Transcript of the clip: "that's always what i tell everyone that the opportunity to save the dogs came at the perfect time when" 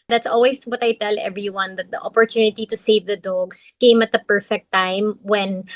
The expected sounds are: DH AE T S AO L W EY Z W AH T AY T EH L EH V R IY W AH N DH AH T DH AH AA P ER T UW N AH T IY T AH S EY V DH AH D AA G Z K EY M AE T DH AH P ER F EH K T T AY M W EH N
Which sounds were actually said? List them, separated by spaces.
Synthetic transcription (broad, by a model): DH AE T S AO L W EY S W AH T AY T EH L EH V R IY W AH N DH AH T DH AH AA P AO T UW N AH T IY T AH S EY V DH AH D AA G S K EY M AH T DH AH P ER F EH K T T AY M W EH N